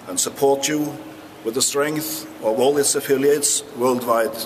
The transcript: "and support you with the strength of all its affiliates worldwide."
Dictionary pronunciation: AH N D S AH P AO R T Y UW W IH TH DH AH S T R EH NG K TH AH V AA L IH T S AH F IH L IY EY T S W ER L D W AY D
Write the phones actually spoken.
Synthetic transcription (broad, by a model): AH N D S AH P AO R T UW W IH DH AH S T R EH NG K TH AH V AA L IH T S AH F IH L IY EY T S W ER L D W AY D